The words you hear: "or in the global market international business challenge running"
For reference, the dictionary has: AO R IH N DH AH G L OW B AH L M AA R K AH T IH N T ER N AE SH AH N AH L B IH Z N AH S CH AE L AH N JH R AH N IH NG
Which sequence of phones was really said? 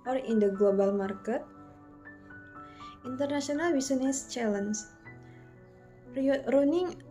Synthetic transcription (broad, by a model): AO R IH N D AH G L OW B AH L M AA R K AH T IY N T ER N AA S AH N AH L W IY S N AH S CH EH L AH N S R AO N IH NG